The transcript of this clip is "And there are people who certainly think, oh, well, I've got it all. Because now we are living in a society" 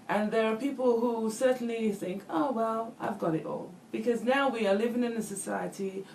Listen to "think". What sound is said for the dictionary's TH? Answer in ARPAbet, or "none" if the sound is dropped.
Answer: TH